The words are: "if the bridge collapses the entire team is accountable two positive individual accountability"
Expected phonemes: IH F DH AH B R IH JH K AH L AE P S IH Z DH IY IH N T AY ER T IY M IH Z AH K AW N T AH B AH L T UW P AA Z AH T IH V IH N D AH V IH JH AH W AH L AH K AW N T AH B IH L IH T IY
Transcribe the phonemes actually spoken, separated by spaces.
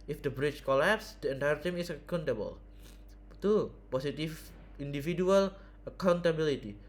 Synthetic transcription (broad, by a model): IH F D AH B R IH CH K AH L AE P S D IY IH N T AY ER T IY M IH S AH K AW N T AH B AH L T UW P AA S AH T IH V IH N D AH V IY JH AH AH L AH K AW N T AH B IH L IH T IY